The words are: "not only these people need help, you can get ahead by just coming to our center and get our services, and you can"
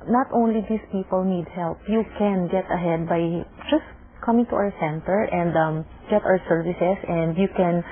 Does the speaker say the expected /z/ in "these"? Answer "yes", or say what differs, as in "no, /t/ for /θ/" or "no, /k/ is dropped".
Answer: no, /s/ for /z/